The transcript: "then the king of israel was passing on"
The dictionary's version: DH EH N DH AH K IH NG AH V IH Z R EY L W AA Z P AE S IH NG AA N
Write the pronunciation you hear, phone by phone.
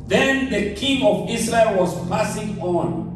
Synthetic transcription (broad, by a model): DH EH N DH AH K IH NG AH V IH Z R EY L W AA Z P AE S IH NG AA N